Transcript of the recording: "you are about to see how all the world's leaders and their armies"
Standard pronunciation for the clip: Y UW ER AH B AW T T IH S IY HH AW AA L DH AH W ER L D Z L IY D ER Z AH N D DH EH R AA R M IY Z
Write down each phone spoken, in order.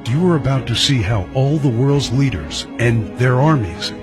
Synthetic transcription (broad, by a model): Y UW ER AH B AW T T IH S IY HH AW AA L DH AH W ER L D Z L IY D ER Z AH N DH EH R AA R M IY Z